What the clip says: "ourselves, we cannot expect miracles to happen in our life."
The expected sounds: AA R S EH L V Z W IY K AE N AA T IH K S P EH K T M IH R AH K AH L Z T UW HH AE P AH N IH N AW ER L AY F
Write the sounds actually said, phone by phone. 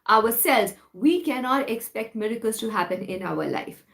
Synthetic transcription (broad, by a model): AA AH S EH L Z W IY K AE N AA T IH K S P EH K T M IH R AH K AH L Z T UW HH AE P AH N IH N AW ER L AY F